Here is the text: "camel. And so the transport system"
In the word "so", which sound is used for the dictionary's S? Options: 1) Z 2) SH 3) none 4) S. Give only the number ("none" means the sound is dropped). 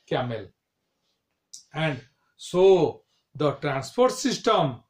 4